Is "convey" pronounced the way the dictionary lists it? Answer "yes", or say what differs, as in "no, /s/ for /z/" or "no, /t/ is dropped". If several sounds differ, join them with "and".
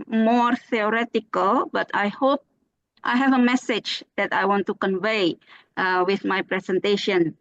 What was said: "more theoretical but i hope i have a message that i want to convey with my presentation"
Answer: yes